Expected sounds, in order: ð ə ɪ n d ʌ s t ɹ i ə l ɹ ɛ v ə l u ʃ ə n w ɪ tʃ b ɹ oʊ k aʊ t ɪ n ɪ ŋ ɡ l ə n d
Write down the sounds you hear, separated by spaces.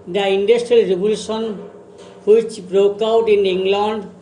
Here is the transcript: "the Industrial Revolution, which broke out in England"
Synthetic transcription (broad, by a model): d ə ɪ n d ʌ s t ɹ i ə l ɹ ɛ b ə l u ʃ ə n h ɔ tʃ b ɹ oʊ k aʊ t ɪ n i ŋ ɡ l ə n d